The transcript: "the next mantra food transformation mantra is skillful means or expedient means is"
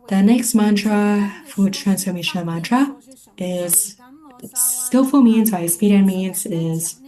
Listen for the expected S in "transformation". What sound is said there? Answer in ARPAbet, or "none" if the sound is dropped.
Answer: S